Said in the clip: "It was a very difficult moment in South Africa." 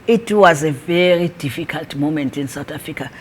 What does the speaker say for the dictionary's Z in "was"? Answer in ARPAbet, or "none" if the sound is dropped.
Z